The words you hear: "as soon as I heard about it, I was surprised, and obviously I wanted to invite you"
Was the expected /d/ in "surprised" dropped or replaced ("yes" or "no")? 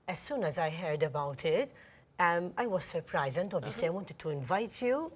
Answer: yes